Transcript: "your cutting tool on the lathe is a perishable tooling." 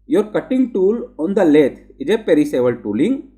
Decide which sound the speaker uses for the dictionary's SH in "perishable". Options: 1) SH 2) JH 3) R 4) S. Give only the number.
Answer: 4